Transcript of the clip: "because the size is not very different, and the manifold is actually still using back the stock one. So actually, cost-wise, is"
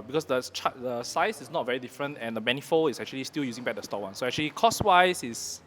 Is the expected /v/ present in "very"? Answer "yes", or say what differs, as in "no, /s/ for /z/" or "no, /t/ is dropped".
yes